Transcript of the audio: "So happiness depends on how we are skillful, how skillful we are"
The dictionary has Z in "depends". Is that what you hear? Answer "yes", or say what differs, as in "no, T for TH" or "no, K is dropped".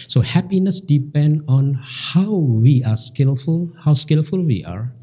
no, Z is dropped